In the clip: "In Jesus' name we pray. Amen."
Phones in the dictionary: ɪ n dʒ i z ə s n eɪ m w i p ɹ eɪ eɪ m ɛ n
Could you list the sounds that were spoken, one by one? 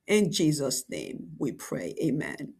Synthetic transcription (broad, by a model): ɪ n dʒ i z ə s n eɪ m w i p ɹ eɪ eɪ m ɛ n